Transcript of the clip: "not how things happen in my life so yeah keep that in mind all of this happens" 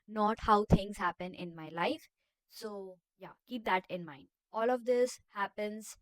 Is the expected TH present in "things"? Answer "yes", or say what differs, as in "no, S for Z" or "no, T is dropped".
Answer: no, T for TH